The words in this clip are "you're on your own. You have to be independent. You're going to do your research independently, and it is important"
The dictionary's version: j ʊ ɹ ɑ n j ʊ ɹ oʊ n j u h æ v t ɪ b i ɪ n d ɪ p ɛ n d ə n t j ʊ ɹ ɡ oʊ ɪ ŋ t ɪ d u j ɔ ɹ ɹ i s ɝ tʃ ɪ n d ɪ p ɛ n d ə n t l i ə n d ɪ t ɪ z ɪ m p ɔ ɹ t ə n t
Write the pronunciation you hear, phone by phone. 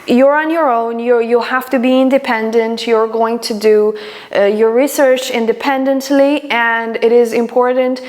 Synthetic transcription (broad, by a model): j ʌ ɹ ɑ n j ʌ ɹ oʊ n j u h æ f t ɪ b i ɪ n d ɪ p ɛ n d ə n t j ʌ ɹ ɡ oʊ ɪ ŋ t ɪ d u j ɔ ɹ ɹ i s ɝ tʃ ɪ n d ɪ p ɛ n d ə n t l i ə n d ɪ t ɪ z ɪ m p ɔ ɹ t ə n t